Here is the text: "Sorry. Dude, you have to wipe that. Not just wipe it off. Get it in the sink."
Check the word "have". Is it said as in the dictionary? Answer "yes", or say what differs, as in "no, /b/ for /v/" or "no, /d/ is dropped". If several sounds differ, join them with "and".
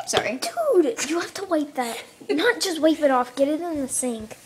no, /f/ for /v/